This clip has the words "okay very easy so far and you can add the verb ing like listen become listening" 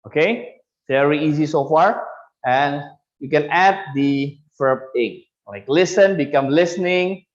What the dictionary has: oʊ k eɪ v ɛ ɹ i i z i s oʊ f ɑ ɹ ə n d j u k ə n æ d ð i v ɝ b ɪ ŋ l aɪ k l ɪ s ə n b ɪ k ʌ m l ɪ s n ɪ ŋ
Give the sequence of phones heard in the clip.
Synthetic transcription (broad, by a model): oʊ k eɪ v ɛ ɹ i i z i s oʊ f ɑ ɹ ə n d j u k ə n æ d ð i f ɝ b ɪ ŋ l aɪ k l ɪ s ə n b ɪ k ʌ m l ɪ s n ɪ ŋ